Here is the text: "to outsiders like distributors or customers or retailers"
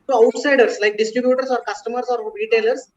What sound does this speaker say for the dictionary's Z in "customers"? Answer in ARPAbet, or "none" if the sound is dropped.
S